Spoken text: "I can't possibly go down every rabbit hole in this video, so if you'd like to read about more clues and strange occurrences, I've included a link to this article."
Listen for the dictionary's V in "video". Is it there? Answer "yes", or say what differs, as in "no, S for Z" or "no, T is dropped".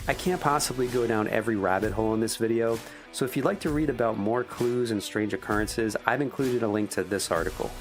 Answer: yes